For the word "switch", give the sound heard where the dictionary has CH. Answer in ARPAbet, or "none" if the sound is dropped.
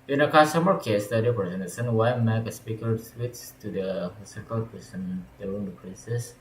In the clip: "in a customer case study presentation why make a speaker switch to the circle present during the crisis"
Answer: S